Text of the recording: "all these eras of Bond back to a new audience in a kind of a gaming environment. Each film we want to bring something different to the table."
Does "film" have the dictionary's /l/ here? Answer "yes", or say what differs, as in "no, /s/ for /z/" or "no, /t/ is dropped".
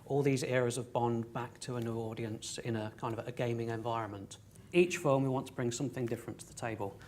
no, /l/ is dropped